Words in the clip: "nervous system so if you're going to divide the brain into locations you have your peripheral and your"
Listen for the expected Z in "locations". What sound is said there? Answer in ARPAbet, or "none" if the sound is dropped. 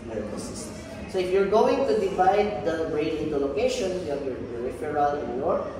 none